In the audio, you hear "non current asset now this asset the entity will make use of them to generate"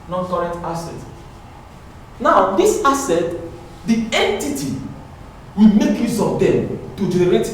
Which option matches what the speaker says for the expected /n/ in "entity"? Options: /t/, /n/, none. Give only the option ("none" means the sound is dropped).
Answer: /n/